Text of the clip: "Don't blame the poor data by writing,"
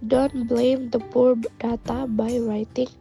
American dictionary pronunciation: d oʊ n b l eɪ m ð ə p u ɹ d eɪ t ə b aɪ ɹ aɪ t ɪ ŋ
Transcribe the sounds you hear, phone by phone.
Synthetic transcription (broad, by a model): d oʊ n b l eɪ m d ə p u ɹ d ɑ t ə b aɪ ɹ aɪ t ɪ ŋ